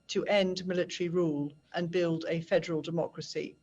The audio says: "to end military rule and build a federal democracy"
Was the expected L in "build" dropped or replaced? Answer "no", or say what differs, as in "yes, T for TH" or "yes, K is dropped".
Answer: no